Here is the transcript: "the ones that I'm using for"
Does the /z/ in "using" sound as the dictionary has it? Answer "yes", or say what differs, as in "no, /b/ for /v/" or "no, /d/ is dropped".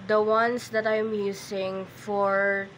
no, /s/ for /z/